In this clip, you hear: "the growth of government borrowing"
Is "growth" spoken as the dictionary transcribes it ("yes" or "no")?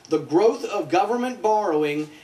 yes